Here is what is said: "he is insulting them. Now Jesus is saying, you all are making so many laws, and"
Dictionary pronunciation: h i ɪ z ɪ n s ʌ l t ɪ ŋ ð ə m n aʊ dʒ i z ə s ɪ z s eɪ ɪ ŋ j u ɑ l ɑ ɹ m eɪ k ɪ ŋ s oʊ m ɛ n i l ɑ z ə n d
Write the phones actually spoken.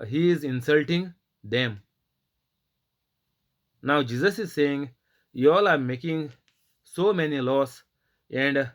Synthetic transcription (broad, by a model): h i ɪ z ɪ n s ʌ l t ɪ ŋ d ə m n aʊ dʒ i z ə s ɪ z s eɪ ɪ ŋ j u ɑ l ɑ ɹ m eɪ k ɪ ŋ s oʊ m ɛ n i l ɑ s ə n d